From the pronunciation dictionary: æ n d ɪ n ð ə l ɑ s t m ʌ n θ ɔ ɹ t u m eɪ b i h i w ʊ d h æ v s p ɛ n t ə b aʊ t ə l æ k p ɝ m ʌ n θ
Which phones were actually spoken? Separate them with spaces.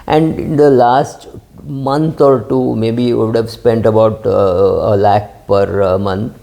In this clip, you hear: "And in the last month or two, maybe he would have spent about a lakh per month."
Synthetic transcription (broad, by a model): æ n d ɪ n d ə l ɑ s t m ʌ n t ɔ ɹ t u m eɪ b i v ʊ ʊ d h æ v s p ɛ n t ə b aʊ t ə l æ k p ɝ m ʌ n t